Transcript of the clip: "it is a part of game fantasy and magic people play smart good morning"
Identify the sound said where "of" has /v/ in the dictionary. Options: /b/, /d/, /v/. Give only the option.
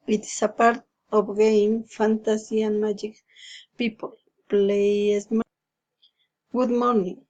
/b/